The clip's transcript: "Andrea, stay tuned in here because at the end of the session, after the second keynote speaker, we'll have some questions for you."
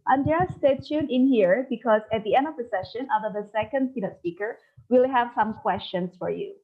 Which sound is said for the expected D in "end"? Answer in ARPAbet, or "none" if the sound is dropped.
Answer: D